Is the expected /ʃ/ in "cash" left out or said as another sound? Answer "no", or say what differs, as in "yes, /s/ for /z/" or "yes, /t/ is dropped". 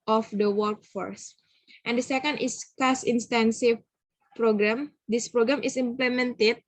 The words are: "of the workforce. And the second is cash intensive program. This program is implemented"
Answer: yes, /s/ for /ʃ/